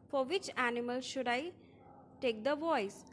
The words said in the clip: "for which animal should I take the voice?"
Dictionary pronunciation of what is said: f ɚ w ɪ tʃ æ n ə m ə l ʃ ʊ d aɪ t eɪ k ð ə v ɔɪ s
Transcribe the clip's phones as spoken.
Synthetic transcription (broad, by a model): f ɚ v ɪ tʃ æ n ə m ə l ʃ ʊ d aɪ t eɪ k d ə v ɔɪ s